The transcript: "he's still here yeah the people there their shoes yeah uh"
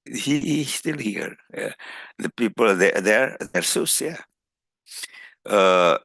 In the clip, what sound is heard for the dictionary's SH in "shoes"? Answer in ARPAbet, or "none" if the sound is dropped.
S